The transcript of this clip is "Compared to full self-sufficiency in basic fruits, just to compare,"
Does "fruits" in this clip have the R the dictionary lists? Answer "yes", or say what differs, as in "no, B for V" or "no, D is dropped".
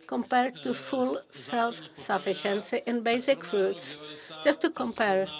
no, R is dropped